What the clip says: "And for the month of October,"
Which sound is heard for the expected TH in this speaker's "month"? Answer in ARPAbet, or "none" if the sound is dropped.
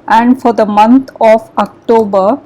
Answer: T